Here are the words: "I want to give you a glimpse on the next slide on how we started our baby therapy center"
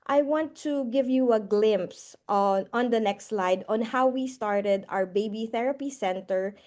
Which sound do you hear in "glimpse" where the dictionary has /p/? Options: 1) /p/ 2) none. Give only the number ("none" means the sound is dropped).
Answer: 1